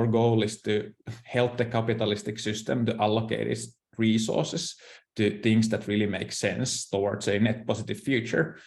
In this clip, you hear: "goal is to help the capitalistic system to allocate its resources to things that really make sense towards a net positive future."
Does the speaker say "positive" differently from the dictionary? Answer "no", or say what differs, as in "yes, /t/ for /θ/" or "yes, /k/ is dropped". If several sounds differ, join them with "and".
yes, /s/ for /z/